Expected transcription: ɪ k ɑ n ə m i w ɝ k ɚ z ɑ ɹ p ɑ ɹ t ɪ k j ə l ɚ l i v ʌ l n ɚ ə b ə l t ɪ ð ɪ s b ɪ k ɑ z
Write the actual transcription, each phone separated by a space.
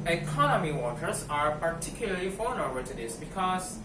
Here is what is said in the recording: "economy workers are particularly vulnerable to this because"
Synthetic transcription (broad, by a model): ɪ k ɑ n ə m i w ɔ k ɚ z ɑ ɹ p ɑ ɹ t ɪ k j ə l ɚ l i f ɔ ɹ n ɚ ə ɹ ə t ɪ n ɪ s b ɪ k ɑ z